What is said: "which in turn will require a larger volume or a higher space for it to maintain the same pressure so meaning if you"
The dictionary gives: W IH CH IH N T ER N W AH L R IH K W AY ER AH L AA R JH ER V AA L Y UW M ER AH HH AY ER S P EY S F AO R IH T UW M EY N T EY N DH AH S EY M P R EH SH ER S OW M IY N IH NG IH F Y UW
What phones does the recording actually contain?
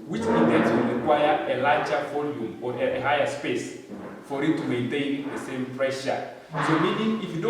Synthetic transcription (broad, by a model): W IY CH IH N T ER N W AH L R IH K W AY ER AH L AA JH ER V AA L Y UW M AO AH HH AY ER S P EY S F AO R IH T UW M EY N T EY N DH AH S EY M P R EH SH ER S OW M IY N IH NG IH F Y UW